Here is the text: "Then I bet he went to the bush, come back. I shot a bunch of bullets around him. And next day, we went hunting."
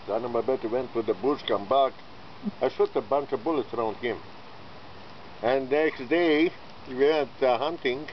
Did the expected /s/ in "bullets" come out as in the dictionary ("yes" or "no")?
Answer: yes